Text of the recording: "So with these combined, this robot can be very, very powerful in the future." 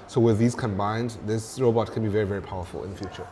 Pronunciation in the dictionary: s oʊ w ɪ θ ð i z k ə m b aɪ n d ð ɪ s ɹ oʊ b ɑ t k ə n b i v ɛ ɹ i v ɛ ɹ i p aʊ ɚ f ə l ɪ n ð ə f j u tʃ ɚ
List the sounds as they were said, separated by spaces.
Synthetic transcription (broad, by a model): s oʊ w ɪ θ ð i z k ə m b aɪ n d ð ɪ s ɹ oʊ b ɑ t k ə n b i v ɛ ɹ i v ɛ ɹ i p aʊ ɚ f ə l ɪ n ð ə f j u tʃ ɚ